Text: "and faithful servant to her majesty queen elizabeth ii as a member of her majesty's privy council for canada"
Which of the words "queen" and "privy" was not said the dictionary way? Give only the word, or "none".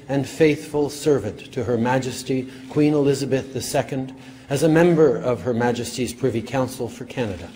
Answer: none